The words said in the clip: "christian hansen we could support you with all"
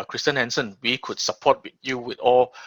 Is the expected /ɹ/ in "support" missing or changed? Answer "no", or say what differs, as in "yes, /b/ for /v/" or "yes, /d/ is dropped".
yes, /w/ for /ɹ/